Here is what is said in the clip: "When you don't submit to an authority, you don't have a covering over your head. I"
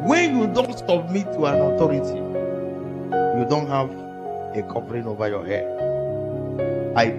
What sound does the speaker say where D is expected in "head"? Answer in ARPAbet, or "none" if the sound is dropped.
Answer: none